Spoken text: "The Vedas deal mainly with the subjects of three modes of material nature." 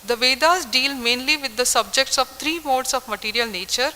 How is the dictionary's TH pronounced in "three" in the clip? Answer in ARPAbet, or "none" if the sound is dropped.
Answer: T